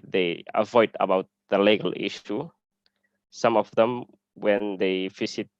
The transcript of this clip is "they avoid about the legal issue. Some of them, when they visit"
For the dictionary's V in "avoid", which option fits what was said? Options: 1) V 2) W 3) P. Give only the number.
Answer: 1